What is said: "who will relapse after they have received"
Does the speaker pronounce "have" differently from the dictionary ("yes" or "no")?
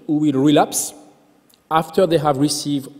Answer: no